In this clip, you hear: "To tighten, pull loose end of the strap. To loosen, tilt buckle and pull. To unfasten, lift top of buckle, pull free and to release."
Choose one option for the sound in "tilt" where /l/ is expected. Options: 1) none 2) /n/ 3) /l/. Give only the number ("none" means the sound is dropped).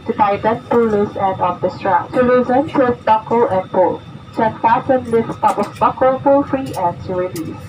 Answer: 1